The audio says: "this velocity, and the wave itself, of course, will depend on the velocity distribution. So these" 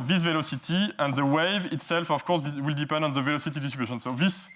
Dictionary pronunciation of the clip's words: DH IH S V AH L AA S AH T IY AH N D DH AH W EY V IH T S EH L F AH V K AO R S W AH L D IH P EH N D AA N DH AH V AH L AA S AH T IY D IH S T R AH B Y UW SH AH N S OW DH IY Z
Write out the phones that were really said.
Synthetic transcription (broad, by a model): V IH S V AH L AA S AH T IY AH N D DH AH W EY V IH T S EH L F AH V K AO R S W AH L D IH P EH N D AA N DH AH V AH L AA S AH T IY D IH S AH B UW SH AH N S OW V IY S